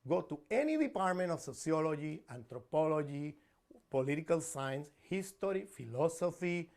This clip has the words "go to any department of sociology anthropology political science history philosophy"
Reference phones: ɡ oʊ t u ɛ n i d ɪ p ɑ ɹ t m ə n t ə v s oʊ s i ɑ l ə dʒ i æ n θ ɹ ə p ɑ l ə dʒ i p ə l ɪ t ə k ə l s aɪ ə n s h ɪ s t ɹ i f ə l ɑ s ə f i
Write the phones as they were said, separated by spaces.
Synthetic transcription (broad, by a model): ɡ oʊ t u ɛ n i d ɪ p ɑ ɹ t m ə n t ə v s oʊ s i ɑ l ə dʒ i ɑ n t ɹ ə p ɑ l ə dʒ i p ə l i t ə k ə l s aɪ n s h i s t ɹ i f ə l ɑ s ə f i